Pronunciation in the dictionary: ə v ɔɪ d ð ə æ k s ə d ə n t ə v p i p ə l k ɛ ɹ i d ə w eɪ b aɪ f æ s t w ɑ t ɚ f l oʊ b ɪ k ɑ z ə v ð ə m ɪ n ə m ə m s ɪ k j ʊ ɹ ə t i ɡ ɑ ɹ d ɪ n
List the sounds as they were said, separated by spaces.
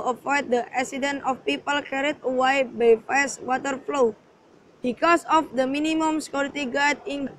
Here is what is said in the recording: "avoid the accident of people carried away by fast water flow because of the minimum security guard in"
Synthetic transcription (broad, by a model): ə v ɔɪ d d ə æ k s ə d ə n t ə f p i p ə l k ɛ ɹ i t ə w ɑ b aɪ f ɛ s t w ɑ t ɚ f l oʊ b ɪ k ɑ s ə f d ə m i n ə m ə m s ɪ k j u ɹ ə t i ɡ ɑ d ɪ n